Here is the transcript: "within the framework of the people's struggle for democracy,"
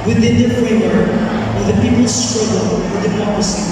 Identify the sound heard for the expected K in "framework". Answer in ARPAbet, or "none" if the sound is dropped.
none